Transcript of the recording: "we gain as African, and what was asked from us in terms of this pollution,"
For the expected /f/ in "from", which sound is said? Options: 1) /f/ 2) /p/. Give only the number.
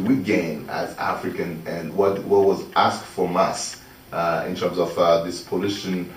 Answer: 1